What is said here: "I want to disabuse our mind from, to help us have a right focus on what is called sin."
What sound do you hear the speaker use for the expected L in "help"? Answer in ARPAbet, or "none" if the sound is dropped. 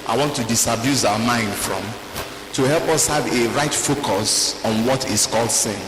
L